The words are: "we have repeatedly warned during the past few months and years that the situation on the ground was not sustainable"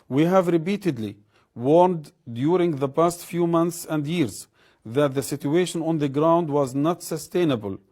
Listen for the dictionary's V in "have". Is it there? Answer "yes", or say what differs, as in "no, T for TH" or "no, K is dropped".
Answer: yes